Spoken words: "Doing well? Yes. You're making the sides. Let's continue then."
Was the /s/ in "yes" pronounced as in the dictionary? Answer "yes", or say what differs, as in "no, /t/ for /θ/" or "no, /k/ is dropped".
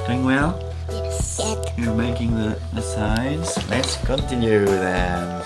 no, /s/ is dropped